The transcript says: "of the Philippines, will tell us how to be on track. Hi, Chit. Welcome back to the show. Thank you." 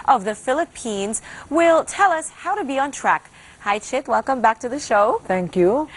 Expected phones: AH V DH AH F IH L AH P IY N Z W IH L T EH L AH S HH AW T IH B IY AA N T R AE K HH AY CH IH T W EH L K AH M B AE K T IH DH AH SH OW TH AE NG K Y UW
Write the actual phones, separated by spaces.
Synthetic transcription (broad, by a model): AH V DH AH F IH L AH P IY N Z W IH L T EH L AH S HH AW T IH B IY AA N T R AE K HH AY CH IH T W EH L K AH M B AE K T IH DH AH SH OW TH AE NG K Y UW